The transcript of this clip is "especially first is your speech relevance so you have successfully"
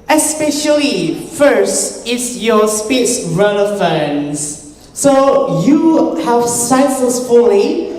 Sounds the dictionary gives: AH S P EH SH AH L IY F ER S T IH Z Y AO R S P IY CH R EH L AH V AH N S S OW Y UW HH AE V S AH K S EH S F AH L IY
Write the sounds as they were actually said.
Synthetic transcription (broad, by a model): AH S P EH SH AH L IY F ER S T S Y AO S P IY S R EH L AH F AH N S S OW Y UW HH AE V S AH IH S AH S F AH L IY